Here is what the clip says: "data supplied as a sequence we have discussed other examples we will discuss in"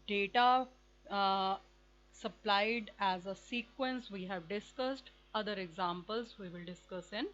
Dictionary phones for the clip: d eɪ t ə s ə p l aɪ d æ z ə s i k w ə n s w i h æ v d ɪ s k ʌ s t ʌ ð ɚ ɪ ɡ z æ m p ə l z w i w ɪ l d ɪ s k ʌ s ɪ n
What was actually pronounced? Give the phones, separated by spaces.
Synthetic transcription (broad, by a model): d eɪ t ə s ə p l aɪ d æ z ə s i k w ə n s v i h æ v d ɪ s k ʌ s t ʌ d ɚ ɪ ɡ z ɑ m p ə l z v i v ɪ l d ɪ s k ʌ s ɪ n